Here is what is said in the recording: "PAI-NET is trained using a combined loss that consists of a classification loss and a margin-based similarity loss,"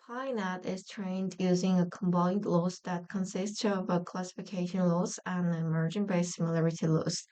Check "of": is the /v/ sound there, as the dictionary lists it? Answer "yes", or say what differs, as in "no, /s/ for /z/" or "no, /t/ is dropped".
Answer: yes